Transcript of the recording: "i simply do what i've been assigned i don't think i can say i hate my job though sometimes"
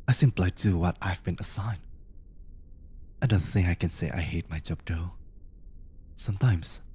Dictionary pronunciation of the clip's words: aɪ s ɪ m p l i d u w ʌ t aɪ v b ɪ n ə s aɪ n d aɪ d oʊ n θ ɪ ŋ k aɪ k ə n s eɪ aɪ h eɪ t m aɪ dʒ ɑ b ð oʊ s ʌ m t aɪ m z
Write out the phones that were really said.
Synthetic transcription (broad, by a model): aɪ s ɪ m p l i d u w ʌ t aɪ v b ɪ n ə s aɪ n aɪ d oʊ n θ ɪ ŋ k aɪ k ə n s eɪ aɪ h eɪ t m aɪ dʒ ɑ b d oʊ s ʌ m t aɪ m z